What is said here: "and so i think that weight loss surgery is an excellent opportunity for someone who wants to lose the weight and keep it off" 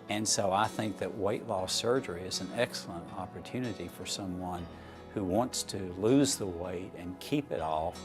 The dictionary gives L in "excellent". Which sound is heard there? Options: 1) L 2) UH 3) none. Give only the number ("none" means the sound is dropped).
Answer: 1